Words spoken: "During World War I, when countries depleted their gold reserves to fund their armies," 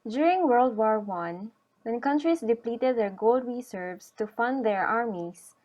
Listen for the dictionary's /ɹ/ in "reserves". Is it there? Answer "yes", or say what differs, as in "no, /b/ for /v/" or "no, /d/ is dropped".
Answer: no, /w/ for /ɹ/